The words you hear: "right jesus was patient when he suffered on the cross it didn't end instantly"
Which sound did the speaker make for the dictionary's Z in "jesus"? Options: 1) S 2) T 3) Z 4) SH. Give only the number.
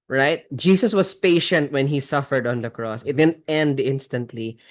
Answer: 1